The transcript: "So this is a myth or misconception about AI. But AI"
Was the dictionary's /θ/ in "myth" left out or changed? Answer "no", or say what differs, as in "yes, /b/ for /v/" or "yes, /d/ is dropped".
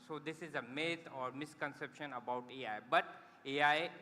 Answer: yes, /t/ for /θ/